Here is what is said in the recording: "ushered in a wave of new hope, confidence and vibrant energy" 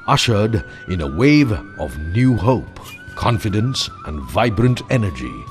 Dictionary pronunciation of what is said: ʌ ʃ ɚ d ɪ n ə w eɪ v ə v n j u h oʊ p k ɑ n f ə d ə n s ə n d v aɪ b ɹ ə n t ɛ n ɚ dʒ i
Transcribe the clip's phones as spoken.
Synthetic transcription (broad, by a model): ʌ ʃ ɚ d ɪ n ə w eɪ v ə v n j u h oʊ p k ɑ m f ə d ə n s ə n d v aɪ b ɹ ə n t ɛ n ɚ dʒ i